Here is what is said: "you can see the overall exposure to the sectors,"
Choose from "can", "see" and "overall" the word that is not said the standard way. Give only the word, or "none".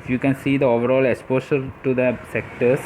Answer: none